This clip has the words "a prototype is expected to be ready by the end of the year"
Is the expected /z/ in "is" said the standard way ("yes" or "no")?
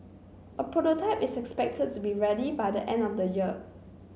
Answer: no